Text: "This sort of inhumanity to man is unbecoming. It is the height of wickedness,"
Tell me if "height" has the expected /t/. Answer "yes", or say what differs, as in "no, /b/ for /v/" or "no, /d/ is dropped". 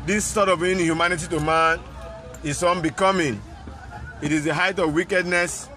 yes